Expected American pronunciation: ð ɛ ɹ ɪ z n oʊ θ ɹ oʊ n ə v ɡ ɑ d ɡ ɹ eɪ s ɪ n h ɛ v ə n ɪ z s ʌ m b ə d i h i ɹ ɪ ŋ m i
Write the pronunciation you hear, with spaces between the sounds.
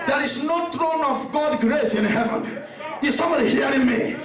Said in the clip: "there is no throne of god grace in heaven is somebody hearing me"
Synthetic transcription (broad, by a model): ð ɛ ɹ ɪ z n oʊ t ɹ oʊ n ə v ɡ ɑ d ɡ ɹ eɪ s ɪ n h ɛ v ə n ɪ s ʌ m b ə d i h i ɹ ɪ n m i